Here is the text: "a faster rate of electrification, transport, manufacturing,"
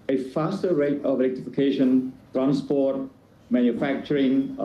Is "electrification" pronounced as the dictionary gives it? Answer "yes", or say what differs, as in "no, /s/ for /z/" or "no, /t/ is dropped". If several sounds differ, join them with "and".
no, /ɹ/ is dropped